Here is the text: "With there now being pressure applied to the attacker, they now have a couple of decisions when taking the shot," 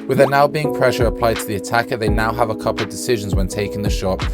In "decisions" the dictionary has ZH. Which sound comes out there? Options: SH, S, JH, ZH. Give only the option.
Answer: ZH